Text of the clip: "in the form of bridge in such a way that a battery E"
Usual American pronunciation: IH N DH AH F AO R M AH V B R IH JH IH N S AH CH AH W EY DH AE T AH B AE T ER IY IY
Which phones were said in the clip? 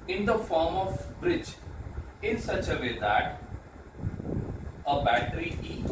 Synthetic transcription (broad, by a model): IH N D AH F AO R M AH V B R IH JH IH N S AH CH AH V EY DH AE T AH B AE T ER IY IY